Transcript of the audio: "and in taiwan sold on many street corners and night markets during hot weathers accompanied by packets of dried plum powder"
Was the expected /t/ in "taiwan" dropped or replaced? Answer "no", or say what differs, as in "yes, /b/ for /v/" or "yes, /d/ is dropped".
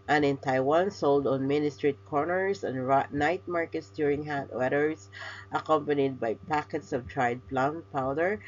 no